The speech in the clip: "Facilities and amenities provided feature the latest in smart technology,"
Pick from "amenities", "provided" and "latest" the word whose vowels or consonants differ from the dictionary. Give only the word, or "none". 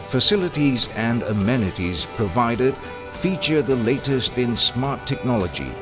none